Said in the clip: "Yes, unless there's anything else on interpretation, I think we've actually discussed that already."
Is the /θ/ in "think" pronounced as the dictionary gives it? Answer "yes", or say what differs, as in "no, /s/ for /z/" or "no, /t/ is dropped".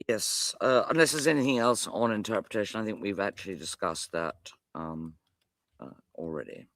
yes